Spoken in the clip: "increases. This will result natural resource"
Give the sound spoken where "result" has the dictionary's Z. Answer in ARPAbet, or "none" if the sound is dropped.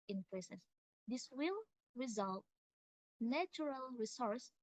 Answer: Z